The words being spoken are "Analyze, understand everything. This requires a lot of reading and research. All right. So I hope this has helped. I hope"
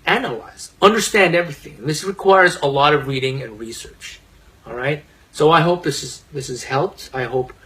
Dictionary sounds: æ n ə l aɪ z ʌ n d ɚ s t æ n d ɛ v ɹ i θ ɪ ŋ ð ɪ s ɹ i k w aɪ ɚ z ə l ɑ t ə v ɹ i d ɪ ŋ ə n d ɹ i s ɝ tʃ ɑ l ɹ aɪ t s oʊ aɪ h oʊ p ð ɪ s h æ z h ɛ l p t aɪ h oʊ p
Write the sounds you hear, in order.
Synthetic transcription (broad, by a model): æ n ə l aɪ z ʌ n d ɚ s t æ n d ɛ v ɹ i θ ɪ ŋ ð ɪ s ɹ i k w aɪ ɚ z ə l ɑ t ə v ɹ i d ɪ ŋ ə n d ɹ i s ɝ tʃ ɑ l ɹ aɪ t s oʊ aɪ h oʊ p ð ɪ s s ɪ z h ɛ l p t aɪ h oʊ p